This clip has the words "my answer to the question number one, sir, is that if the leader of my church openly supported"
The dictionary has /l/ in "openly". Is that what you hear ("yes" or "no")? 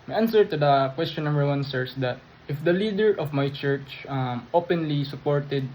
yes